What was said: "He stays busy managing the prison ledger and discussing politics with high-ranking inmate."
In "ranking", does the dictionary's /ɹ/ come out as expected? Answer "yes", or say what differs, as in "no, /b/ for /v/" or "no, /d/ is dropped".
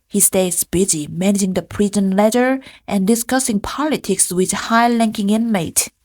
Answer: no, /l/ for /ɹ/